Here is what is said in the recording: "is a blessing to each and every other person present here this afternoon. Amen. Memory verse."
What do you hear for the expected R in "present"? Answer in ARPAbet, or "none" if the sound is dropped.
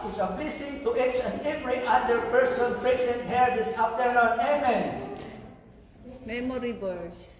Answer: none